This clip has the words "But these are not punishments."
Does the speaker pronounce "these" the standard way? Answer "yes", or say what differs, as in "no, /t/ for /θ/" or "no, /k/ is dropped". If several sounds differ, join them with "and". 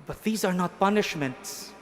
yes